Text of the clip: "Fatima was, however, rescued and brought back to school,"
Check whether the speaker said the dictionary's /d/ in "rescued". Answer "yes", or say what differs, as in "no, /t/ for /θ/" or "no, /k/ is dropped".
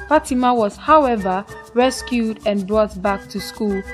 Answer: yes